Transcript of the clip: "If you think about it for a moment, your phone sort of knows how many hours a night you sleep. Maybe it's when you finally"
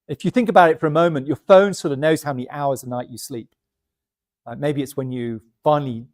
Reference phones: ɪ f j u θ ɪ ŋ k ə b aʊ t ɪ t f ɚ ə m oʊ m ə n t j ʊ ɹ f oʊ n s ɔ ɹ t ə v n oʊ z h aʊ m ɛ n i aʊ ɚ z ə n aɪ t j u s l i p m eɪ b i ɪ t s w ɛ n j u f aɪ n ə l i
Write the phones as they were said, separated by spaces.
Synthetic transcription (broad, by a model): ɪ f j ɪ θ ɪ ŋ k ə b aʊ t ɪ t f ɚ ə m oʊ m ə n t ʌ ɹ f oʊ n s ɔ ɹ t ə v n oʊ z h aʊ m ɛ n i aʊ ɚ z ə n aɪ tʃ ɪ s l i p m eɪ b i ɪ t s w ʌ n j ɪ f aɪ n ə l i